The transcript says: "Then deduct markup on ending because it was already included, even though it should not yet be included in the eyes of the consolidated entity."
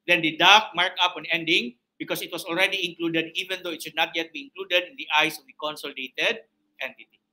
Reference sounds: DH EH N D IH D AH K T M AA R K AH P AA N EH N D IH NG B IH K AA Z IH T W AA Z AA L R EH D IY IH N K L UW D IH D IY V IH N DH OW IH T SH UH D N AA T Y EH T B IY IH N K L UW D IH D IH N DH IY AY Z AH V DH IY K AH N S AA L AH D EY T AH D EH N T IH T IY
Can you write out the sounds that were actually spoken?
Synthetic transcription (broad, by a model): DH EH N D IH D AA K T M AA R K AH P AA N EH N D IH NG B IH K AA S IH T W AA S AA L R EH D IY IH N K L UW D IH D IY V IH N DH OW IH T SH UH D N AA T Y EH T B IY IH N K L UW D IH D IH N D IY AY S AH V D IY K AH N S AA L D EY T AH D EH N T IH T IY